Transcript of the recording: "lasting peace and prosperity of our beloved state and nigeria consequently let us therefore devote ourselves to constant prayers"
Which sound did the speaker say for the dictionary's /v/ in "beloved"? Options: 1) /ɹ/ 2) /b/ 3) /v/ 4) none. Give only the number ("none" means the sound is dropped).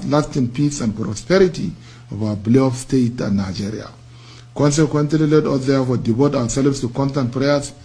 4